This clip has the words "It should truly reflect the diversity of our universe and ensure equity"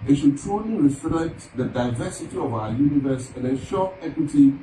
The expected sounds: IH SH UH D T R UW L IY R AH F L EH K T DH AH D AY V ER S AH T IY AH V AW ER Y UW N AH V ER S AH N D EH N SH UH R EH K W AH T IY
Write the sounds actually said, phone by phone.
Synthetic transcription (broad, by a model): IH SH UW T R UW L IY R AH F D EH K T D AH D AY V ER S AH T IY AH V AW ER Y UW N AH V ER S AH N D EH SH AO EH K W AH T IY